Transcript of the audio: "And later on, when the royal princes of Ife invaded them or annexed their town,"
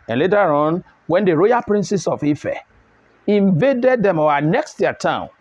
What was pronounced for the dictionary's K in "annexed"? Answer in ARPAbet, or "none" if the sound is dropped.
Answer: K